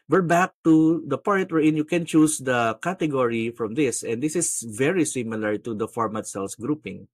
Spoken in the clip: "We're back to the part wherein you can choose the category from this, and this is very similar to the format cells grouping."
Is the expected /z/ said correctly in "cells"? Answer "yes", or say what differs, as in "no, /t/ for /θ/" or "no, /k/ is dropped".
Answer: no, /s/ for /z/